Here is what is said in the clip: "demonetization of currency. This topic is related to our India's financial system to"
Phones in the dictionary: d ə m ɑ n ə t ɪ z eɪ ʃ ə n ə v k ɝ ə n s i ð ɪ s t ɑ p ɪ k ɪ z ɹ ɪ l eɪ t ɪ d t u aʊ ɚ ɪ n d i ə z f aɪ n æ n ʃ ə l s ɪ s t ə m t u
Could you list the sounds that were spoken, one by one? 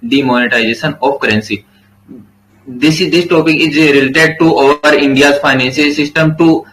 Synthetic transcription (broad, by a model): d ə m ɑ n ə t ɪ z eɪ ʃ ə n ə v k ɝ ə n s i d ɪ s t ɑ p ɪ k ɪ z ɹ ɪ l eɪ t ɪ d t u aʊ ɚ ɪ n d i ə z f aɪ n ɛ n s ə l s ɪ s t ə m t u